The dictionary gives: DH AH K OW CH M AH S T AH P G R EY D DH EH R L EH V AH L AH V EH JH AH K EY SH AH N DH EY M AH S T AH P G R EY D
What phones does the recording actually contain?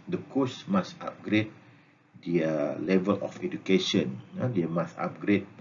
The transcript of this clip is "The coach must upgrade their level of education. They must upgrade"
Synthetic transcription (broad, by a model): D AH K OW S M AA S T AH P G R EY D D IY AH L EH V AH L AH F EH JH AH K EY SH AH N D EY M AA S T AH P G R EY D